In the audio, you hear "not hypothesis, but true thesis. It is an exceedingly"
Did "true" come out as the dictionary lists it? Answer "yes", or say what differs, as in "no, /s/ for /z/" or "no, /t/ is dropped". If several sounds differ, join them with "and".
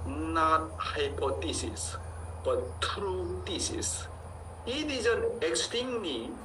yes